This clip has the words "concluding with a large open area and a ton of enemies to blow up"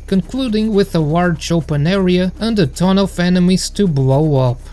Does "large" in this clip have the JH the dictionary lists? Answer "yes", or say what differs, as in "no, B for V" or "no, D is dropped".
no, CH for JH